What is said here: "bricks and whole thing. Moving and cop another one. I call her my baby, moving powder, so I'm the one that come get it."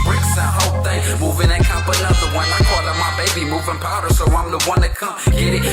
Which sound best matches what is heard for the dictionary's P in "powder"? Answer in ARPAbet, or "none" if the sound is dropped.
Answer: P